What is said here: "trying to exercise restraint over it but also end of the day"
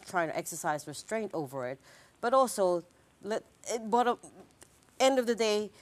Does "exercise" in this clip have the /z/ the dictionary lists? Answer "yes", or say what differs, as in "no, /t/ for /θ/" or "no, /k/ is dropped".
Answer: yes